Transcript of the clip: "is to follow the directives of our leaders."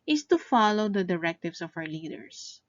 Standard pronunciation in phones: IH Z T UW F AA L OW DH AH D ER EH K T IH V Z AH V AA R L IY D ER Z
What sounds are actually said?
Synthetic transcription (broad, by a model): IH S T UW F AA L OW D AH D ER EH K T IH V S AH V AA W L IY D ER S